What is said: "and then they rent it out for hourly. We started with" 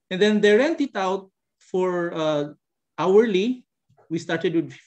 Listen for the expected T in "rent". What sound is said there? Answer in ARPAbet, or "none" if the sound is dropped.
T